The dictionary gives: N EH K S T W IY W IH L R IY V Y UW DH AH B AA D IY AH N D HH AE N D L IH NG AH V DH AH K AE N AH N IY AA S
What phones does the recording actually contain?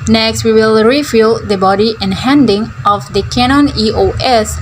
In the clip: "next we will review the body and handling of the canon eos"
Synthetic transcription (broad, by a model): N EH K S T W IY W IH L R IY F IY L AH B AA D IY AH N HH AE N D IH NG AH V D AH K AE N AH N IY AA S